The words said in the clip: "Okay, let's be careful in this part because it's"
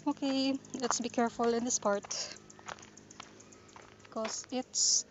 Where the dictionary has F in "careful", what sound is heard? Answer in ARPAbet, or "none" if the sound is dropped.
F